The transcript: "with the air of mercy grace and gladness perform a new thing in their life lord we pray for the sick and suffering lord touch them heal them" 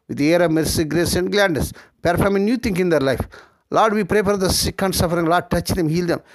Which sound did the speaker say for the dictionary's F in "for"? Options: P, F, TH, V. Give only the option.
P